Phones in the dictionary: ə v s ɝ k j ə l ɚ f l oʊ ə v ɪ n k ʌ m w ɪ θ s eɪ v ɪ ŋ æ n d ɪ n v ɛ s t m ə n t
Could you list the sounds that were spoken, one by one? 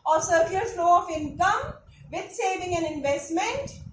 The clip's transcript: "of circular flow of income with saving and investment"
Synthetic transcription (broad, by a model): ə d s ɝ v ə ɚ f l oʊ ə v ɪ n k ʌ m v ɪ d s eɪ v ɪ ŋ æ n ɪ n v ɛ s t m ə n t